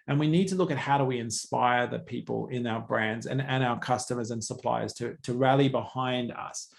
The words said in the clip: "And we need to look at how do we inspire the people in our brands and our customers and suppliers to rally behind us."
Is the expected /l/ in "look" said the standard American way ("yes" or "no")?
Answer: yes